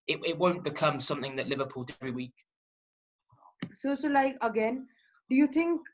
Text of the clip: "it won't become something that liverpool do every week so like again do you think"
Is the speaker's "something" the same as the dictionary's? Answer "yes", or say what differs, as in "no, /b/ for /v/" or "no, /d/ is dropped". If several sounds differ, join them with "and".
yes